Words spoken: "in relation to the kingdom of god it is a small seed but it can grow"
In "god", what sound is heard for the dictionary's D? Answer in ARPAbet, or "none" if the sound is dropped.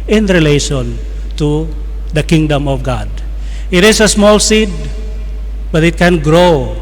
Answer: D